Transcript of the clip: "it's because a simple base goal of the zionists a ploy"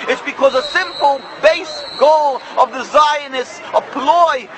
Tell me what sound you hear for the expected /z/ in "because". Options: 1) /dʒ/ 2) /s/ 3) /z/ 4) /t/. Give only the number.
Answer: 3